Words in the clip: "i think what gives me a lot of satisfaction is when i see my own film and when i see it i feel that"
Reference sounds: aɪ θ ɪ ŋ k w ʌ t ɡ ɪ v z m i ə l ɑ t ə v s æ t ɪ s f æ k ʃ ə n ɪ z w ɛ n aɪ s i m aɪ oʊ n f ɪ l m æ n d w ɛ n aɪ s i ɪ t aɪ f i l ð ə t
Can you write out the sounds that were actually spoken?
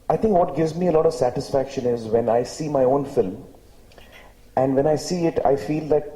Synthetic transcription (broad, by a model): aɪ t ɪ ŋ k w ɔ t ɡ ɪ v z m i ə l ɑ t ə v s æ t ɪ s f æ k ʃ ə n ɪ z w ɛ n aɪ s i m aɪ oʊ n f ɪ l m æ n d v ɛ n aɪ s i ɪ t aɪ f i l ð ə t